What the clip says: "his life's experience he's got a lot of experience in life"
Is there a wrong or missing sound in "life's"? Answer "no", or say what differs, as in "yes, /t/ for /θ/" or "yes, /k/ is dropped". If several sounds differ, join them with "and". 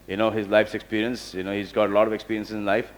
no